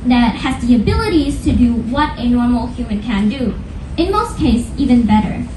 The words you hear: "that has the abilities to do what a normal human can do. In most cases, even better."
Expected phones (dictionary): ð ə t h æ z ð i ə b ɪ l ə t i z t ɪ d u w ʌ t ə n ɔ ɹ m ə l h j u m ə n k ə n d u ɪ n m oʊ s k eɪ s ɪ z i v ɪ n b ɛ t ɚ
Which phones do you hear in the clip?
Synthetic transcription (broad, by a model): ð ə t h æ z ð i ə b ɪ l ə t i z t ɪ d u w ʌ t ə n ɔ ɹ m l h j u m ə n k ə n d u ɪ n m oʊ s k eɪ ɪ s i v ɪ n b ɛ t ɚ